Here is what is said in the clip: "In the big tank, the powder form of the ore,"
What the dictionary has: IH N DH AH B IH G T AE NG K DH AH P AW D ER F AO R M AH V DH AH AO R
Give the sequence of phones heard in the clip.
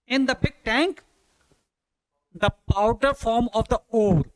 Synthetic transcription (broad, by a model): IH N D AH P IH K T AE NG K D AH P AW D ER F AO R M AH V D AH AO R